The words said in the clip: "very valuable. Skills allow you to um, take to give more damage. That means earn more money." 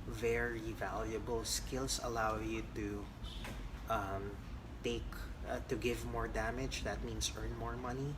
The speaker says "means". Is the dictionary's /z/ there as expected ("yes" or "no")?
no